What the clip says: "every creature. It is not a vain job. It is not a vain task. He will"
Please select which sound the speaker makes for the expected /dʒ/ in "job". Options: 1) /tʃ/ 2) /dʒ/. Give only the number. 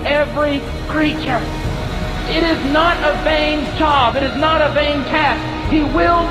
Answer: 1